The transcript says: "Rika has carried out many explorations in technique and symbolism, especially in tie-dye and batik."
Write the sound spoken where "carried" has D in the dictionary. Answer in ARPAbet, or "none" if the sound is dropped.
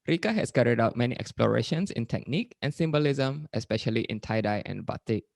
D